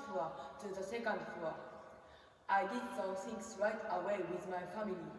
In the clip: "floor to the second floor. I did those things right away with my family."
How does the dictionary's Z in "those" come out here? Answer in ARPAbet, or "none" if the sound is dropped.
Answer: none